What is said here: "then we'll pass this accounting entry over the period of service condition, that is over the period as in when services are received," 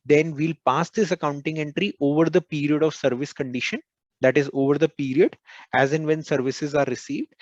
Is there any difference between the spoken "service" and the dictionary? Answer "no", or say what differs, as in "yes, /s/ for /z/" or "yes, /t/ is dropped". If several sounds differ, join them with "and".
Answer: no